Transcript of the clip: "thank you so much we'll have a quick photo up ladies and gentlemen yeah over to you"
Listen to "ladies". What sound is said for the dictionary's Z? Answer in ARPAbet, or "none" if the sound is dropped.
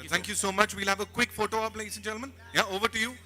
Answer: S